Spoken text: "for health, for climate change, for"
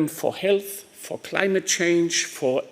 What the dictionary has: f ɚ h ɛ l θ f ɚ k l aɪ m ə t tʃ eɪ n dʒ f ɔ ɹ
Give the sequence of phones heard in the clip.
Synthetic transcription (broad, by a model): f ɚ h ɛ l θ f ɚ k l aɪ m ə t tʃ eɪ n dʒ f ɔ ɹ